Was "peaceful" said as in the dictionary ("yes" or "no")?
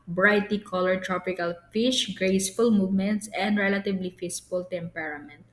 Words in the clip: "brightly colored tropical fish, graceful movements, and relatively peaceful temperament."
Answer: no